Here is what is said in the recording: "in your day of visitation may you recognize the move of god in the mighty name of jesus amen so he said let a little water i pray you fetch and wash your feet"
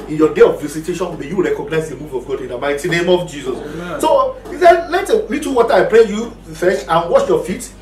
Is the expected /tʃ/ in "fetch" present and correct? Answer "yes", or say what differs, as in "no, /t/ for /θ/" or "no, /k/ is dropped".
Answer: no, /ʃ/ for /tʃ/